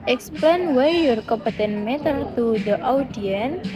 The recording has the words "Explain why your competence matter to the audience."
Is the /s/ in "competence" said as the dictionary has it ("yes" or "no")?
no